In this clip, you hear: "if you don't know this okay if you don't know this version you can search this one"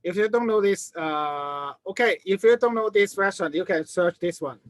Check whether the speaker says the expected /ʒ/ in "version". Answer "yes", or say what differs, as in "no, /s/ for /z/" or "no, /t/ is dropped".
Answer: no, /s/ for /ʒ/